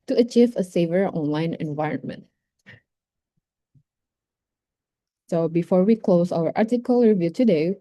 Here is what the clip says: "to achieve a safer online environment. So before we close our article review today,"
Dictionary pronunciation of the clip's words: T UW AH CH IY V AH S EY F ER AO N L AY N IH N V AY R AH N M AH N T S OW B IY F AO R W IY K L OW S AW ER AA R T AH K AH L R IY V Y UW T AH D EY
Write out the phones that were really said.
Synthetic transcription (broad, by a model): T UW AH CH IY V AH S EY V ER AO N L AY N IH N V AY R AH N M AH N T S OW B IY F AO R W IY K L OW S AW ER AA R T AH K AH L R IY V Y UW T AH D EY